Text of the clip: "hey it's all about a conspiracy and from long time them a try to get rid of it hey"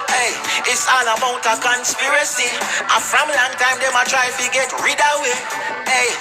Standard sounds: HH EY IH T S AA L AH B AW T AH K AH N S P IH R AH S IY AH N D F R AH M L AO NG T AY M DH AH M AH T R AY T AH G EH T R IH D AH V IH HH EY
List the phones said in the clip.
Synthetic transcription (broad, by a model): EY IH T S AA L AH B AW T AH K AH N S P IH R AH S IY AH F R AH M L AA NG T AY M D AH M AH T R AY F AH G EH T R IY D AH W IH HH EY